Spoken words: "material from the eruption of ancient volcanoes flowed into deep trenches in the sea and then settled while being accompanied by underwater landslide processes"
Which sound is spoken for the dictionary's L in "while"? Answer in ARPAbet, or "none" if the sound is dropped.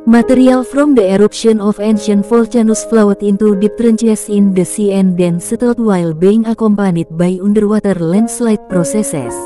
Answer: L